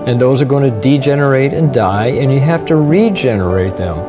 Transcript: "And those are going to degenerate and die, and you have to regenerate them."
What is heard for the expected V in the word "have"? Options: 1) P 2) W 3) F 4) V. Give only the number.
3